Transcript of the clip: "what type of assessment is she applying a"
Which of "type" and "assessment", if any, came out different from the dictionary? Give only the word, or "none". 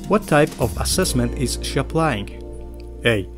none